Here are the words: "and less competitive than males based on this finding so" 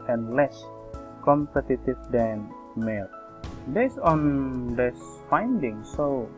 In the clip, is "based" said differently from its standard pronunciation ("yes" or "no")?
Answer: yes